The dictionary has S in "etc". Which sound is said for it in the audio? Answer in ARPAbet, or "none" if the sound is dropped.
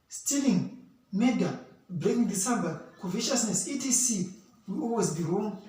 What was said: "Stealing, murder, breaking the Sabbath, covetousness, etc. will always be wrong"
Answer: none